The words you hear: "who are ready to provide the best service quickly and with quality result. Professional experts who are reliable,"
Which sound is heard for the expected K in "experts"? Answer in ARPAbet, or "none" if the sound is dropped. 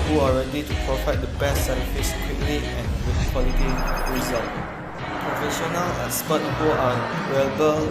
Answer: none